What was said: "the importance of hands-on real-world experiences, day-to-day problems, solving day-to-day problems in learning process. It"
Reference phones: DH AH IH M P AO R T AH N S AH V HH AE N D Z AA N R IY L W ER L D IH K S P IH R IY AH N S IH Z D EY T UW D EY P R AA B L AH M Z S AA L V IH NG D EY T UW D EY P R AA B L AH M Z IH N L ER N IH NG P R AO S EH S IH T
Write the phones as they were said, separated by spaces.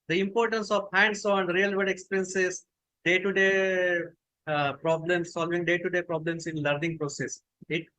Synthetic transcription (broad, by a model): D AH IH M P AO R T AH N S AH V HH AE N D S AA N R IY L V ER D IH K S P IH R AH N S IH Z D EY T UW D EY P R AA B L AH M S AA L V IH NG D EY T UW D EY P R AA B L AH M S IH N L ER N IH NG P R AO S EH S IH T